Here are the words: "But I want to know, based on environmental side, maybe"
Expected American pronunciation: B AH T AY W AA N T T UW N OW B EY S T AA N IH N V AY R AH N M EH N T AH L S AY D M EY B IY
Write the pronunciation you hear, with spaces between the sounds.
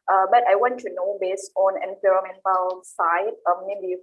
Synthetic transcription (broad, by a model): B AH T AY W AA N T T UW N OW B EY S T AA N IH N P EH R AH M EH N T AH L S AY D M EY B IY